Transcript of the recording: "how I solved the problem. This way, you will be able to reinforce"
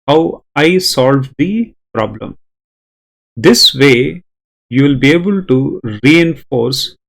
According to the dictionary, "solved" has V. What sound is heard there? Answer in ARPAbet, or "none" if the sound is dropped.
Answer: V